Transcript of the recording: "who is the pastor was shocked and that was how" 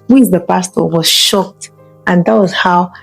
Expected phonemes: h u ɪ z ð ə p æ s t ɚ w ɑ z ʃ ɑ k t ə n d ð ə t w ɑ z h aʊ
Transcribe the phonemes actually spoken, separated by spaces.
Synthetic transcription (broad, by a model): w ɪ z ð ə p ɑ s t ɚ w ɑ z ʃ ɑ k t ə n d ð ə t w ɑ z h aʊ